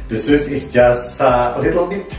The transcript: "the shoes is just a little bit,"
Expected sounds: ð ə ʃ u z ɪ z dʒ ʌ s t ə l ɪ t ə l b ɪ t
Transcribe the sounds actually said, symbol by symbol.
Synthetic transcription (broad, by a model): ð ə s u s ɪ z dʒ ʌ s t ə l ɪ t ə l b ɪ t